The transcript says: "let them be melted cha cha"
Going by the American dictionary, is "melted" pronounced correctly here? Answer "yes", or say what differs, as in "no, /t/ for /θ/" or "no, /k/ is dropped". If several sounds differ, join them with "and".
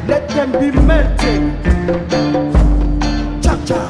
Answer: no, /l/ is dropped